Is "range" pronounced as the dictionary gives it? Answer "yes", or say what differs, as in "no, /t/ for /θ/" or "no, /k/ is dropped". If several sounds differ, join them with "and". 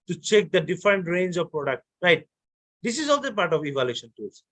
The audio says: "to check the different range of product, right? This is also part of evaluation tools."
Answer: yes